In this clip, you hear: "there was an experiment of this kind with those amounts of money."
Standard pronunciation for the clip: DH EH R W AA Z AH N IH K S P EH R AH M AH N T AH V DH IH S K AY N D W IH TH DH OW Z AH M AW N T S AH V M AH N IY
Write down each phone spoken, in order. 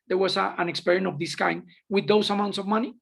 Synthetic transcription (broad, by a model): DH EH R W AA S AH N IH K S P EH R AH AH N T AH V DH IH S K AY N D W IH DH OW S AH M AW N T S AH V M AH N IY